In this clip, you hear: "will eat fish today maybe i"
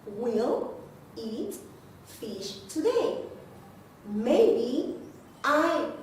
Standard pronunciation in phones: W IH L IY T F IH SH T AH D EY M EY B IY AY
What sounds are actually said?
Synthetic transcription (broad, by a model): W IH L IY T F IH SH T AH D EY M EY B IY AY